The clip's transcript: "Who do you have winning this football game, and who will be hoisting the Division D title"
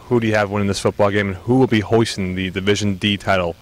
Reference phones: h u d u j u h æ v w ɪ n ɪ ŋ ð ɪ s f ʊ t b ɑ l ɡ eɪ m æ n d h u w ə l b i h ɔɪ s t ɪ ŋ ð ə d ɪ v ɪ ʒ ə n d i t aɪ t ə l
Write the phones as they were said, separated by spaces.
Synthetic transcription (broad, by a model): h u d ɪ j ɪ v w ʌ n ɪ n ð ɪ s f ʊ t b ɑ l ɡ eɪ m n h u w ə l b i h ɔɪ s t ɪ ŋ ð ə d ɪ v ɪ ʒ ə n d i t aɪ t l